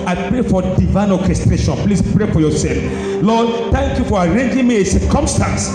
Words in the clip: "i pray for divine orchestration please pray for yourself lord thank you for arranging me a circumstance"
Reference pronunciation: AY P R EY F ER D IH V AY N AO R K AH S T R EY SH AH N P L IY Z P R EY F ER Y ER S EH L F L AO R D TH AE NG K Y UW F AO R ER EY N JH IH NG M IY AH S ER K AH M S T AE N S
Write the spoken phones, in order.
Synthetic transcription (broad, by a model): AY P R EY F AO D IH V AY N AO K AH S T R EY SH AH N P L IY S P R EY F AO Y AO S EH L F L AO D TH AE NG K Y UW F AO R EY N JH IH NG M IY AH S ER K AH M S T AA N S